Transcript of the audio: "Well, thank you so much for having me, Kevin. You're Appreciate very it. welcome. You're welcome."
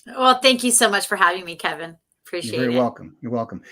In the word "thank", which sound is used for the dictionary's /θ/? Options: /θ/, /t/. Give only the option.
/θ/